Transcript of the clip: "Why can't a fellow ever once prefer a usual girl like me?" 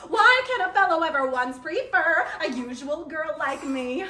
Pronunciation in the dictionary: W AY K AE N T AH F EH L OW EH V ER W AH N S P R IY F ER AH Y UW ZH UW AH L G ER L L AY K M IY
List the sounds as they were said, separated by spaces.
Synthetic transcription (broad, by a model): W AY K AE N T AH F EH L OW EH V ER W AH N S P R IY F ER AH Y UW ZH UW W L G ER L L AY K M IY